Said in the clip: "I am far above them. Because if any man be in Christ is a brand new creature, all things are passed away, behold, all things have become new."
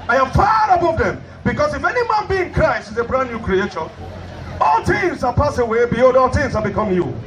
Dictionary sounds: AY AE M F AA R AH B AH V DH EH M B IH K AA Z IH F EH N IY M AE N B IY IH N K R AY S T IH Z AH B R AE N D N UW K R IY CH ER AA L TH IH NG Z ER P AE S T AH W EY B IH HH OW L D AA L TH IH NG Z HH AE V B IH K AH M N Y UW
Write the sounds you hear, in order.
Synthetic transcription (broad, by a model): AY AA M F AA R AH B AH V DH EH M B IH K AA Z IH F EH N IY M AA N B IY IH N K R AY S T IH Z AH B R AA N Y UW K R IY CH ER AA L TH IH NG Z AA P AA S AH W EY B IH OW D AA L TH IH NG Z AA B IH K AH M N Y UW